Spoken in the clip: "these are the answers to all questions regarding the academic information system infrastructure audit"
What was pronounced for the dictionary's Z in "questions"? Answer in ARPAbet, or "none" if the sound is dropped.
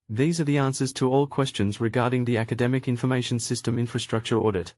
Z